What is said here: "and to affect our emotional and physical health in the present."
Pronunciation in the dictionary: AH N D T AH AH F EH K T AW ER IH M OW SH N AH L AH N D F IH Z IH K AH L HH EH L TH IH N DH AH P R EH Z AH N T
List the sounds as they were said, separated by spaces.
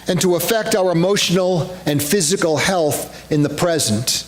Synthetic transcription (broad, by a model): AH N T AH AH F EH K T AW ER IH M OW SH N L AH N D F IH Z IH K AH L HH EH L TH IH N DH AH P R EH Z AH N T